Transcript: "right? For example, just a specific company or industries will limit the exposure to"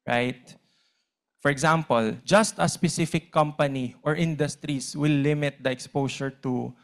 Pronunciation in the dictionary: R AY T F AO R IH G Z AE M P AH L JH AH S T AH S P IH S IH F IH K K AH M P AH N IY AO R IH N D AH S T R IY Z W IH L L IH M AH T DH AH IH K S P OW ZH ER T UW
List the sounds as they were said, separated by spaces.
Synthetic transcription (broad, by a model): R AY T F AO R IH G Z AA M P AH L JH AH S T AH S P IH S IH F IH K K AH M P AH N IY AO R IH N D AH S T R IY S W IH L L IH M AH T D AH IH K S P OW S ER T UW